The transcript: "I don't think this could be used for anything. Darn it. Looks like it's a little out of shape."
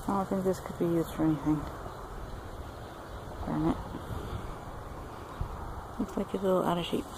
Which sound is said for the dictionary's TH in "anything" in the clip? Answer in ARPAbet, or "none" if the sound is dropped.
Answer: TH